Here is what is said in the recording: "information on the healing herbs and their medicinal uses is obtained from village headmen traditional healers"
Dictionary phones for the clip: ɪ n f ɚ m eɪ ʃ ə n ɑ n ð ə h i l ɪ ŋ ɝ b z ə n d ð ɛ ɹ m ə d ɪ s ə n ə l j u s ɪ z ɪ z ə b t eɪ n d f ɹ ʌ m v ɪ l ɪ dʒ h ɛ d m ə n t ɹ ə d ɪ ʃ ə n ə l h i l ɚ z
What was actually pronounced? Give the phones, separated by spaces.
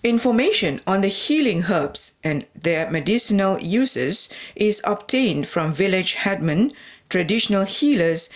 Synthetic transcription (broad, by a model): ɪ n f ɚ m eɪ ʃ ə n ɑ n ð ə h i l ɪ ŋ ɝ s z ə n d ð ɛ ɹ m ə d ɪ s ə n ə l j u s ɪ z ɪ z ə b t eɪ n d f ɹ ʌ m v ɪ l ɪ dʒ h ɛ d m ə n t ɹ ə d ɪ ʃ ə n ə l h i l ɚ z